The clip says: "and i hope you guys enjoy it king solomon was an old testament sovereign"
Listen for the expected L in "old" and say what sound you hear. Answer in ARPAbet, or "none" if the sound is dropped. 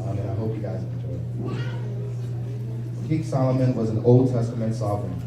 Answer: L